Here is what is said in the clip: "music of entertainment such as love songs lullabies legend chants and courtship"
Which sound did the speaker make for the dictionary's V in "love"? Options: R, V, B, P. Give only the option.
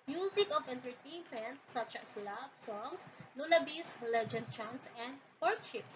B